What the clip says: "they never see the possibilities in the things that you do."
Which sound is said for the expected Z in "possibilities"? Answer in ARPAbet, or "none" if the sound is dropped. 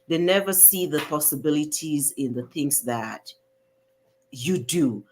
Z